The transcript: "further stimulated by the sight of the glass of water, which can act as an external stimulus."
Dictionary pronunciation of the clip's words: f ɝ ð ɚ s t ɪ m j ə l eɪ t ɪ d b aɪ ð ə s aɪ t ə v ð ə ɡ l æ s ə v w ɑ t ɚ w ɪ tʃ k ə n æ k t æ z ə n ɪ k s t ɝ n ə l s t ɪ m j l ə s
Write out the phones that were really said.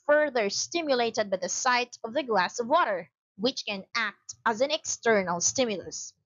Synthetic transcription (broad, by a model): f ɝ ð ɚ s t ɪ m j ə l eɪ t ɪ d b aɪ ð ə s aɪ t ə v ð ə ɡ l æ s ə v w ɑ t ɚ w ɪ tʃ k ə n æ k t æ z ə n ɪ k s t ɝ n ə l s t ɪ m j l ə s